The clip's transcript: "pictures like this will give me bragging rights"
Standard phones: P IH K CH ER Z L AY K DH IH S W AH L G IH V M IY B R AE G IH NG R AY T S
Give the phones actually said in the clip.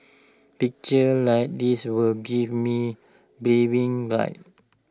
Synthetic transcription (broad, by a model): P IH K CH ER L AY K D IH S W AH L G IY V M IY B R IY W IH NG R AY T